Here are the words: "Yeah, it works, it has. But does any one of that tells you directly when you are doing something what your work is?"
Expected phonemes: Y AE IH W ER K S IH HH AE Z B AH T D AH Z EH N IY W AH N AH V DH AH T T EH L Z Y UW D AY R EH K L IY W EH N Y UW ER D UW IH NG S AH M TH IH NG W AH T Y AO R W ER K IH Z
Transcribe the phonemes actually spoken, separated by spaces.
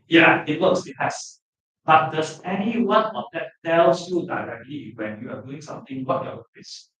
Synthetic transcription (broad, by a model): Y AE IH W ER S IH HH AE S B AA T D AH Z EH N IY W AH N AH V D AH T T EH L S Y UW D AY R EH K L IY W EH N Y UW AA D UW IH NG S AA M T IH NG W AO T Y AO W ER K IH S